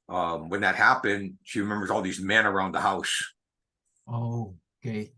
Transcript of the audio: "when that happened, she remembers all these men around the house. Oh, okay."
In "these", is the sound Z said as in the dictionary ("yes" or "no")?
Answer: yes